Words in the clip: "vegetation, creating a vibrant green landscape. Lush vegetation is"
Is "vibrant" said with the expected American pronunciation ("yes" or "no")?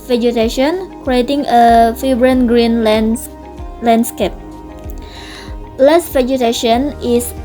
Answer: no